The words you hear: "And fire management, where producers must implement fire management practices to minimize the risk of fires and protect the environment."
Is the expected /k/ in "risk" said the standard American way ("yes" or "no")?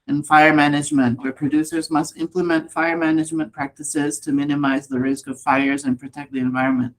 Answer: yes